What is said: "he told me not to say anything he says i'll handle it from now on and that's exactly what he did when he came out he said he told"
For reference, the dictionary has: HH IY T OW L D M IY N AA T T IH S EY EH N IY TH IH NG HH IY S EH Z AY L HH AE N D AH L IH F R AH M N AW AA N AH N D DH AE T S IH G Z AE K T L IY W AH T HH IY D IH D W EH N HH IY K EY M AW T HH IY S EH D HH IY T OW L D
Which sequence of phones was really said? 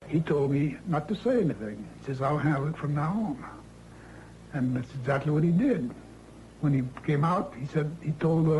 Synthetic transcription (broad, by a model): HH IY T OW L D M IY N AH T T IH S EY EH N IY TH IH NG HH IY S EH Z AY L HH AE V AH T F R AH M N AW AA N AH N DH AE T S IH G Z AE K T L IY W AH T HH IY D IH D W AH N IY K EY M AW T HH IY S EH D HH IY T OW L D